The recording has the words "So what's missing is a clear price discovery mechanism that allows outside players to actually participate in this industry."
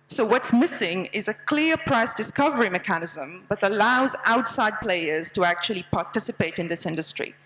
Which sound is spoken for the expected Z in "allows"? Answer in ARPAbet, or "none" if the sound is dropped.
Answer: Z